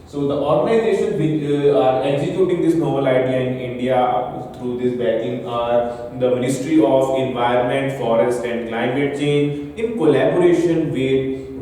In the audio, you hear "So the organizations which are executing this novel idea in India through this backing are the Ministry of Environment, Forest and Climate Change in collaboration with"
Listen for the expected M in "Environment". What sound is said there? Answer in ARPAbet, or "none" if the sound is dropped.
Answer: M